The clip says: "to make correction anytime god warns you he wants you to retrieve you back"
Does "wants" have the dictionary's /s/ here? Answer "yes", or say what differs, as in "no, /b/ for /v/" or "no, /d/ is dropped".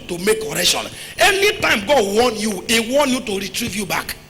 no, /s/ is dropped